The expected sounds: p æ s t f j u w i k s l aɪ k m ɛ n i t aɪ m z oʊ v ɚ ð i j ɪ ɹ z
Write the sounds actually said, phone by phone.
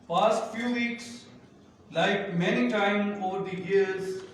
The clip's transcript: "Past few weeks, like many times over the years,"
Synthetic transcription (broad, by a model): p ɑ s t f j u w i k s l aɪ k m ɛ n i t aɪ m oʊ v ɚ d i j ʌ ɹ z